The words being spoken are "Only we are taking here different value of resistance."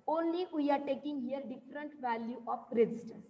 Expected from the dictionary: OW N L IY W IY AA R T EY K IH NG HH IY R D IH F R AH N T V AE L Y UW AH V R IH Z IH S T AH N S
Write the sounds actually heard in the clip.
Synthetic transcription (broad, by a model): OW N L IY W IY AA R T EY K IH NG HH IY R D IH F R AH N T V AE L Y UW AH P R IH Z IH S T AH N S